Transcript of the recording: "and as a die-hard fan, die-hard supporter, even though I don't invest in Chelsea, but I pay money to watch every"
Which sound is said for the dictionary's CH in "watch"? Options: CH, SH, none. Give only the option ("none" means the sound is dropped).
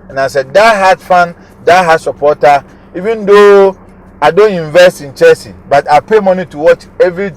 CH